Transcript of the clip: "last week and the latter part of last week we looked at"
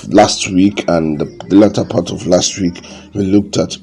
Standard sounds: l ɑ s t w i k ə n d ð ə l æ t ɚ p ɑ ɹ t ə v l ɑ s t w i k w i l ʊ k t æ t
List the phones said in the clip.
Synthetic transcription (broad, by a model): l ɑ s t w i k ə n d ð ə l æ t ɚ p ɑ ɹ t ə v l ɑ s t w i k w i l ʊ k t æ t